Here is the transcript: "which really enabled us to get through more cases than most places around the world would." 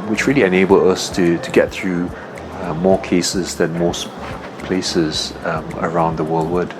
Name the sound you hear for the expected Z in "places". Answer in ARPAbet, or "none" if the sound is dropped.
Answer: Z